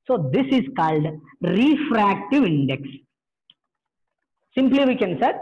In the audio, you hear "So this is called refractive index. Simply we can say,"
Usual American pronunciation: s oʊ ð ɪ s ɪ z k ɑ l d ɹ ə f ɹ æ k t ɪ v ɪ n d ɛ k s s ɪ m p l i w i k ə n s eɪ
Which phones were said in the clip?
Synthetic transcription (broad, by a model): s oʊ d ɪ s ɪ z k ɑ l d ɹ ə f ɹ æ k t ɪ v ɪ n d ɛ k s s ɪ m p l i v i k ə n s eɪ